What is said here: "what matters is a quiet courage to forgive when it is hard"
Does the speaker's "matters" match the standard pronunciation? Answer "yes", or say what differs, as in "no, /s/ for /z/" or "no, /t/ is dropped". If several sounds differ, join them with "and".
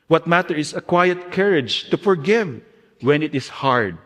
no, /z/ is dropped